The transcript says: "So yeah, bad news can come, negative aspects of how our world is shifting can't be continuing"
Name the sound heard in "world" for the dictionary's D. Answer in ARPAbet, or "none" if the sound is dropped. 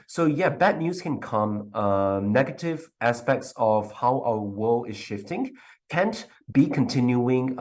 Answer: none